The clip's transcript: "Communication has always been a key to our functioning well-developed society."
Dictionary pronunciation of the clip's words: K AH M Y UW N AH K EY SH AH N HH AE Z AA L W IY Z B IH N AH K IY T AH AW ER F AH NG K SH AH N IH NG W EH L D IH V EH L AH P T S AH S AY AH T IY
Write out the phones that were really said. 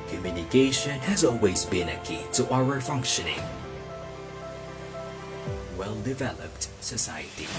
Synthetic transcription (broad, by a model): K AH M Y UW N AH K EY SH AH N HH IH Z AA L W IY Z B IH N AH K IY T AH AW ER F AH NG K SH AH N IH NG W EH L D IH V EH L AH P T S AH S AY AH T IY